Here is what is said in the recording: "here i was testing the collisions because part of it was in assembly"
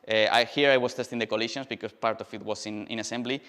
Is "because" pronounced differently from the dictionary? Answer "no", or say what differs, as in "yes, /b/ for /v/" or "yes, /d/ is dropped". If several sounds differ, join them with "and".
yes, /s/ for /z/